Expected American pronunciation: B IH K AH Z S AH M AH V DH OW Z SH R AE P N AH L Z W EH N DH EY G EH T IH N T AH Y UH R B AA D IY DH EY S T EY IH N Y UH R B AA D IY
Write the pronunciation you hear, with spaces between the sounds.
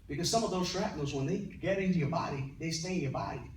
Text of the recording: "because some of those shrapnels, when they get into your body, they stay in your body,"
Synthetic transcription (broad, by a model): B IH K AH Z S AH M AH V DH OW Z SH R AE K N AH Z W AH N DH EY G EH T IH N T AH Y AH R B AA D IY DH EY S T EY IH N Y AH R B AA D IY